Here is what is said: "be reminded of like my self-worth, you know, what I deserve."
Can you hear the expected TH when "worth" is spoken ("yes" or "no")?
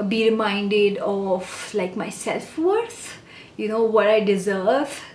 no